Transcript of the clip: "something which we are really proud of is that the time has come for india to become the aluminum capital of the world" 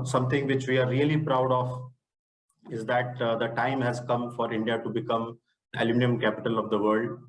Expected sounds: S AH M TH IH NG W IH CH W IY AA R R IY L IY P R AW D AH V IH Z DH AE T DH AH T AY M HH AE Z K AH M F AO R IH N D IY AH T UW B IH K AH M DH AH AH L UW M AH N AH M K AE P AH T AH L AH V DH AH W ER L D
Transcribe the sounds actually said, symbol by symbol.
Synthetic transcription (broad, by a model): S AH M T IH NG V IH CH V IY AA R R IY L IY P R AW D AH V IH Z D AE T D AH T AY M HH AE Z K AH M F AO R IH N D IY AH T UW B IH K AH M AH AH L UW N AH AH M K AE P AH T AH L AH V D AH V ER L D